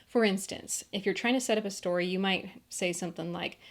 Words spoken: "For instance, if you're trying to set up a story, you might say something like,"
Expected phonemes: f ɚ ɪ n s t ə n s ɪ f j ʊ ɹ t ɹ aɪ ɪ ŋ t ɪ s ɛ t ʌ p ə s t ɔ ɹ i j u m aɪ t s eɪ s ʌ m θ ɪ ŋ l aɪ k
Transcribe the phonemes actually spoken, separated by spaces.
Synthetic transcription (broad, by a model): f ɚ ɪ n s t ə n s ɪ f j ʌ ɹ t ɹ aɪ ɪ ŋ t ɪ s ɛ t ʌ p ə s t ɔ ɹ i j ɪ m aɪ t s eɪ s ʌ m θ ɪ ŋ l aɪ k